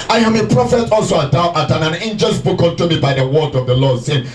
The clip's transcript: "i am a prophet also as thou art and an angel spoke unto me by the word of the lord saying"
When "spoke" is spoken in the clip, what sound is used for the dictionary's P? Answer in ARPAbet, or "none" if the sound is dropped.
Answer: B